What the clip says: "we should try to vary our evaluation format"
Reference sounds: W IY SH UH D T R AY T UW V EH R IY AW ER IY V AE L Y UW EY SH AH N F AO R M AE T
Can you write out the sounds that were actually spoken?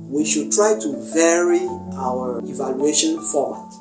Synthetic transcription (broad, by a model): W IY SH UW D T R AY T UW V EH R IY AW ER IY V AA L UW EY SH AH N F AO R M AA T